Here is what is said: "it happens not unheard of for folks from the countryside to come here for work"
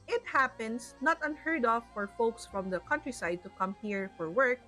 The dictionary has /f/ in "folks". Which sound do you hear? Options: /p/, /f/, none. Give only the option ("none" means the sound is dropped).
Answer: /f/